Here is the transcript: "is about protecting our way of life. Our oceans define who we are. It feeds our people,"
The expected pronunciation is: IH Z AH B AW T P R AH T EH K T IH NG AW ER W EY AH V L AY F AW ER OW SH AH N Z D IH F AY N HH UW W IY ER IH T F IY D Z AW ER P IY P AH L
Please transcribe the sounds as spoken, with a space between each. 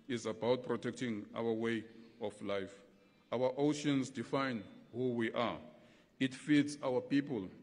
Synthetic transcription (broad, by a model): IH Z AH B AW T P R AH T EH K T IH NG AW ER W EY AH F L AY F AW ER OW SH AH N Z D IH F AY N HH UW W IY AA IH T F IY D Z AW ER P IY P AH L